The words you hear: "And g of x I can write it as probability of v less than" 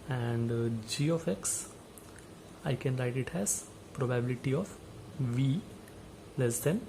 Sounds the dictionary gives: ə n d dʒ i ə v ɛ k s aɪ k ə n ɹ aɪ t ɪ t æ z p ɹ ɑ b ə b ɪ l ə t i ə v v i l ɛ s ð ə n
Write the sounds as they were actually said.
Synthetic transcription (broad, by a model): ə n d dʒ i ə f ɛ k s aɪ k ə n ɹ aɪ t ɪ t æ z p ɹ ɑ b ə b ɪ l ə t i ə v v i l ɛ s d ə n